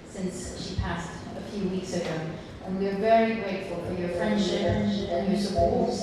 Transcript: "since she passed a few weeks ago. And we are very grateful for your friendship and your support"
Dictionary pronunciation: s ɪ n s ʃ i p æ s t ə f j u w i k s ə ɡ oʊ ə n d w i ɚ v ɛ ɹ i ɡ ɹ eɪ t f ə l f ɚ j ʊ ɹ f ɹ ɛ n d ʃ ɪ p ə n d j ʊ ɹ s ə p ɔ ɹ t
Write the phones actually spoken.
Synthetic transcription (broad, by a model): s ɪ n s ʃ i p æ s t ə f j u w i k s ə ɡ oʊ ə n w i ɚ v ɛ ɹ i ɡ ɹ eɪ t f ə l f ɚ j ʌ ɹ f ɹ ɛ n d ʃ ɪ p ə n j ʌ ɹ s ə p ɔ ɹ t